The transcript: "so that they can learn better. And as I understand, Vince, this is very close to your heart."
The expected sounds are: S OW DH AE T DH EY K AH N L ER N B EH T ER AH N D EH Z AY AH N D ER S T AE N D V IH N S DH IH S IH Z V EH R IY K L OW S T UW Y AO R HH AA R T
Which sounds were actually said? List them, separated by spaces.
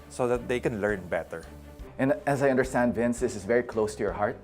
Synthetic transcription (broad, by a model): S OW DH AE T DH EY K AH N L ER N B EH T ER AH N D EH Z AY AH N D ER S T AE N D V IH N S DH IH S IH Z V EH R IY K L OW S T UW Y AO R HH AA R T